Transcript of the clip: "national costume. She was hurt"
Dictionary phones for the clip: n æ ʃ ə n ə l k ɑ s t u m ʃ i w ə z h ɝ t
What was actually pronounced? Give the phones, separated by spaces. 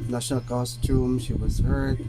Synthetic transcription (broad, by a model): n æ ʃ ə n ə l k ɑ s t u m ʃ i w ə z h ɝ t